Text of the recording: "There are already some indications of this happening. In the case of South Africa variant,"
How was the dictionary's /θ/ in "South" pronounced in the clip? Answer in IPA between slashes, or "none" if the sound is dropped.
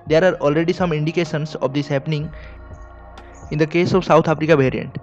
/t/